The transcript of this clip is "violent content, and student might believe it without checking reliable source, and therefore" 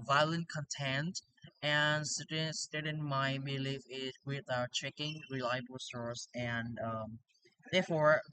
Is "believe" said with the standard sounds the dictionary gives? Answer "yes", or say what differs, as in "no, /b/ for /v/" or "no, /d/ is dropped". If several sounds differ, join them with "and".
no, /f/ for /v/